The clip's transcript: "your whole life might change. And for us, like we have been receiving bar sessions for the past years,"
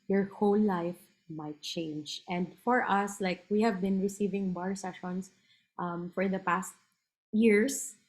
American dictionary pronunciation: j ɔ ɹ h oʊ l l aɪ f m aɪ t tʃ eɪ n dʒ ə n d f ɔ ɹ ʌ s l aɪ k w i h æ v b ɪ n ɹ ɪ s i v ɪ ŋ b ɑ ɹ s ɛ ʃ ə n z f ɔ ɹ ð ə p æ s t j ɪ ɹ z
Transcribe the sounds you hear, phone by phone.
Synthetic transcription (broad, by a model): j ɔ ɹ h oʊ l l aɪ f m aɪ t tʃ eɪ n dʒ ə n d f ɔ ɹ ʌ s l aɪ k w i h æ v b ɪ n ɹ ɪ s i v ɪ ŋ b ɑ ɹ s ɛ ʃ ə n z f ɔ ɹ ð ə p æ s t j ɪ ɹ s